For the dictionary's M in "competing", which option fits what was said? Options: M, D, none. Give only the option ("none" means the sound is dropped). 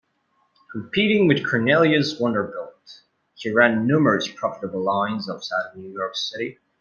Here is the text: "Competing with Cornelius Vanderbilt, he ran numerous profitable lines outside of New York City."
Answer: none